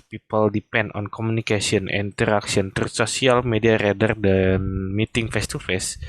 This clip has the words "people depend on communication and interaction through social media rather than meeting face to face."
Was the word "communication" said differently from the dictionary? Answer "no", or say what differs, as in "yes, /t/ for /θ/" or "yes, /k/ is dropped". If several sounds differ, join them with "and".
yes, /s/ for /ʃ/ and /n/ is dropped